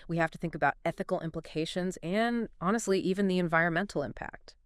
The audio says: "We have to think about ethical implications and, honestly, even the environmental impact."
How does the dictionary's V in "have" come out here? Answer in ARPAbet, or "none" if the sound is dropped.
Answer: F